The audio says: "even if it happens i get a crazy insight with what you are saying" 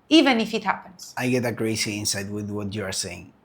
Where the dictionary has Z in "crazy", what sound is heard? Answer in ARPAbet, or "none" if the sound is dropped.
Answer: S